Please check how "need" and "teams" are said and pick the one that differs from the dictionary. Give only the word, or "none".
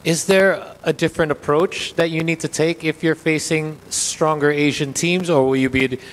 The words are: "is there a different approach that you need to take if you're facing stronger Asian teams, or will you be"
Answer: none